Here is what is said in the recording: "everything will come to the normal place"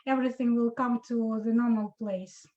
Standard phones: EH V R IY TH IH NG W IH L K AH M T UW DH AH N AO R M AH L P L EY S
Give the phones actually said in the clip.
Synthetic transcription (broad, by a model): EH V R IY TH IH NG W IH L K AH M T UW DH AH N AO R M AH L P L EY S